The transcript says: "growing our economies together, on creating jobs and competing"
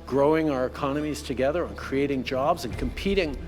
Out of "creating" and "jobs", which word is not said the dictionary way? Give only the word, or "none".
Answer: none